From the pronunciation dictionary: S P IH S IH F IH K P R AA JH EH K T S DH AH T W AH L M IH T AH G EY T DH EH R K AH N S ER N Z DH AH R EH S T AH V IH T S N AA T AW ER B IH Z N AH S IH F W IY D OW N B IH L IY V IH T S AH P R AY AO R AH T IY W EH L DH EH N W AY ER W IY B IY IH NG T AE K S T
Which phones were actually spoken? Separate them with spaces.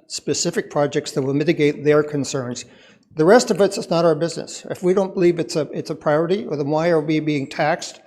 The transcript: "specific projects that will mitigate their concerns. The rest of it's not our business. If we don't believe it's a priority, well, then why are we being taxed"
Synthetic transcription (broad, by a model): S P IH S IH F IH K P R AA JH EH K T S DH AH T W AH L M IH T AH G EY T DH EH R K AH N S ER N Z DH AH R EH S T AH V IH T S N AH T AW ER B IH Z N AH S IH F W IY D OW N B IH L IY V IH T S AH P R AY AO R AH T IY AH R DH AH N W AY ER W IY B IY IH NG T AE K S T